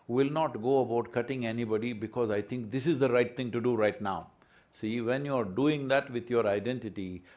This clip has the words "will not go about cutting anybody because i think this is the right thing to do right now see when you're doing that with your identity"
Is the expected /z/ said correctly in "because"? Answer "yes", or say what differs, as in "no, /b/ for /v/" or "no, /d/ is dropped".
yes